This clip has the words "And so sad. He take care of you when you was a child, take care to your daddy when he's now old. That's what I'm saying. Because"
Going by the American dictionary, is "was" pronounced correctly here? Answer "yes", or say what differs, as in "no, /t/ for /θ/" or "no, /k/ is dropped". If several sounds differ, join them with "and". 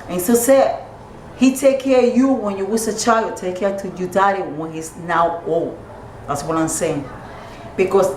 no, /s/ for /z/